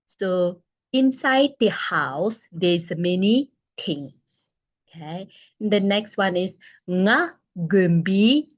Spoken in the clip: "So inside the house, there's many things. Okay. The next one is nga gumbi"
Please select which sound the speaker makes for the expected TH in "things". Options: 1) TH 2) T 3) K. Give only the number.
2